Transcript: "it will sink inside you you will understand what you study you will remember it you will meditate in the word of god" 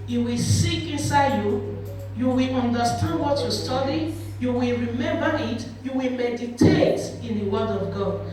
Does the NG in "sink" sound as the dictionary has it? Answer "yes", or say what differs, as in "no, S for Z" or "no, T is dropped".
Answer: no, NG is dropped